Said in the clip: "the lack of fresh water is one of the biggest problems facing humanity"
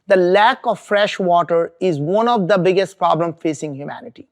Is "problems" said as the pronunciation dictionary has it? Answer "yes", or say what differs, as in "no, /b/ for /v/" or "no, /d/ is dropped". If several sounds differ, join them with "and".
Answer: no, /z/ is dropped